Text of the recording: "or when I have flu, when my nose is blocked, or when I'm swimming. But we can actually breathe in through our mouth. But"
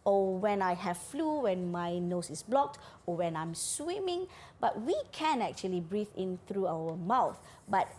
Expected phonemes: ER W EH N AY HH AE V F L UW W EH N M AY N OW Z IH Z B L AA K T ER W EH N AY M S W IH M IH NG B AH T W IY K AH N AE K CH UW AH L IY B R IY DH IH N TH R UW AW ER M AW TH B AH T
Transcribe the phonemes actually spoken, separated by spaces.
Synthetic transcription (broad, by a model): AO W EH N AY HH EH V F L UW W EH N M AY N OW S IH S B L AA K T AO W EH N AY M S W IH M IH NG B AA T W IY K AH N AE K CH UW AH L IY B R IY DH IH N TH R UW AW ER M AW TH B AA T